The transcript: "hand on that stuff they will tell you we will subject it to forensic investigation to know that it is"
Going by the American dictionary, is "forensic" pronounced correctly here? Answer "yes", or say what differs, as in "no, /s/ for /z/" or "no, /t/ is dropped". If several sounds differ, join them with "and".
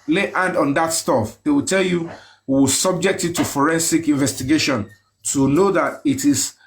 yes